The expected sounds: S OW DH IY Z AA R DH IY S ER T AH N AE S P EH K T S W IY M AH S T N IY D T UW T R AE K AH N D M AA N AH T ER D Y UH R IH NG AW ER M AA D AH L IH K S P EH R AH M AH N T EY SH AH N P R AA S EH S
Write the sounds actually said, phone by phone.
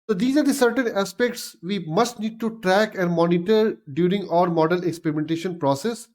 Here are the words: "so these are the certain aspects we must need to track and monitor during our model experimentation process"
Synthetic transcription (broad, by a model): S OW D IY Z AA R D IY S ER T AH N AE S P EH K T S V IY M AH S T N IY D T UW T R AE K AH N D M AA N AH T ER D Y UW R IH NG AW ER M AA D AH L IH K S P EH R AH M AH N T EY SH AH N P R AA S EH S